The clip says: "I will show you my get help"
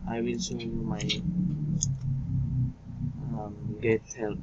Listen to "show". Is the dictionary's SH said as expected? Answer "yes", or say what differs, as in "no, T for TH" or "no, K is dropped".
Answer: no, S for SH